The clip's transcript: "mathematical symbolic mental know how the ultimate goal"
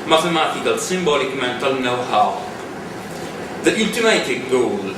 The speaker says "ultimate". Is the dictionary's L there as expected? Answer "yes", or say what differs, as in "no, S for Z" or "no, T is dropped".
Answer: no, N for L